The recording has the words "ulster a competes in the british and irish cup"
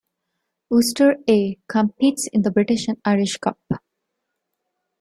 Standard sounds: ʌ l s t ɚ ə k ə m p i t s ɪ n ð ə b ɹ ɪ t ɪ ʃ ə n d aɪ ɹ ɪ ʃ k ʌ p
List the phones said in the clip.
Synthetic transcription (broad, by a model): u s t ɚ ə k ə m p i t s ɪ n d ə b ɹ ɪ t ɪ ʃ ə n aɪ ɹ ɪ ʃ k ʌ p